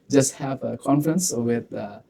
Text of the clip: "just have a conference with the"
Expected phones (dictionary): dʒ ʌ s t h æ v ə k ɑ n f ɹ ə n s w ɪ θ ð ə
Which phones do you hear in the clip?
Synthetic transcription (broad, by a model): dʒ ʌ s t h æ v ə k ɑ n f ɹ ə n s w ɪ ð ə